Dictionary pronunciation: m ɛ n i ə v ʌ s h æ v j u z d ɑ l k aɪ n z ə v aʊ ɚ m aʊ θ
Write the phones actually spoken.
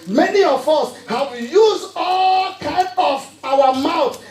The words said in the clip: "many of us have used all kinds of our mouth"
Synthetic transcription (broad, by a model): m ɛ n i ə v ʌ s h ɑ w j u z ɑ l k aɪ n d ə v aʊ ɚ m aʊ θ